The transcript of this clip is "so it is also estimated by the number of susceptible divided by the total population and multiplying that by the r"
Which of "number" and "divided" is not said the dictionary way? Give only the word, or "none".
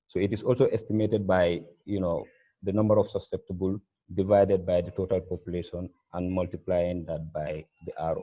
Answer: none